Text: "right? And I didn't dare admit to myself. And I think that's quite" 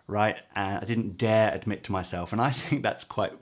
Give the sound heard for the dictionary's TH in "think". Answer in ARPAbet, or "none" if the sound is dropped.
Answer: TH